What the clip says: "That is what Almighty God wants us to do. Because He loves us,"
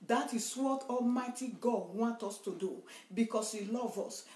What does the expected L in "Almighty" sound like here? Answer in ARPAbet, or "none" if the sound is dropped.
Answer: L